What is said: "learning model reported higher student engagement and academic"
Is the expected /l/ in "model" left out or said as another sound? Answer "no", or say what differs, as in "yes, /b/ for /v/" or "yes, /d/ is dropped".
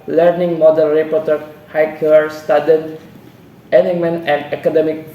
yes, /n/ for /l/